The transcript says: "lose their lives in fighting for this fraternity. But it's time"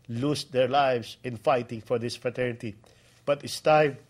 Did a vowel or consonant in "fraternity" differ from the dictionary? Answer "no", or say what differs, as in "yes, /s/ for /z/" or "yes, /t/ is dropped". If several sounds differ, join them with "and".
no